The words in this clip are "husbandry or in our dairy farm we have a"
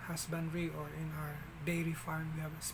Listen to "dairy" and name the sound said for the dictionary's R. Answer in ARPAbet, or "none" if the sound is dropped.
L